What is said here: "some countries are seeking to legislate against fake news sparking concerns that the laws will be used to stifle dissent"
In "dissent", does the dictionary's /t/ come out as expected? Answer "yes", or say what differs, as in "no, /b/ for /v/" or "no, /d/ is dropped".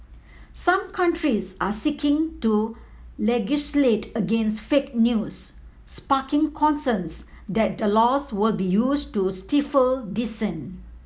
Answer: no, /t/ is dropped